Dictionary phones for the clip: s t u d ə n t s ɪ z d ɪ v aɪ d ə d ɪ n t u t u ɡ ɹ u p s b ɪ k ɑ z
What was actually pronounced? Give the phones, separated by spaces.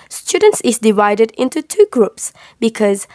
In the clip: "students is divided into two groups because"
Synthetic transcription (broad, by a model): s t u d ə n t s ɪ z d ɪ v aɪ d ə d ɪ n t u t u ɡ ɹ u p s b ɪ k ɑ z